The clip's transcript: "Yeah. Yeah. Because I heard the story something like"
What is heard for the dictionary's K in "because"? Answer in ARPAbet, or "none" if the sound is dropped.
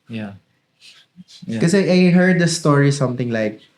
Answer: none